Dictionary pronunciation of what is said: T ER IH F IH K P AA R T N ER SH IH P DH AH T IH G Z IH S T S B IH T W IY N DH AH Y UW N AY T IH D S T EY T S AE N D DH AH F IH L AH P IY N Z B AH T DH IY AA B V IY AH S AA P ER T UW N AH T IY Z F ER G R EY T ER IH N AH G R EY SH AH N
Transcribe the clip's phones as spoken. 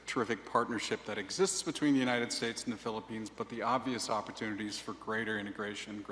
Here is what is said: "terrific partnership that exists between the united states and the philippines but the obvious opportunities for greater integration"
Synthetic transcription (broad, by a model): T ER IH F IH K P AA R T N ER SH IH P DH AH T IH G Z IH S T S B IH T W IY N DH AH Y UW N AY T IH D S T EY T S N DH AH F IH L AH P IY N Z B AH T DH IY AA B V IY AH S AA P ER T UW N AH T IY Z F ER G R EY T ER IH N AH G R EY SH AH N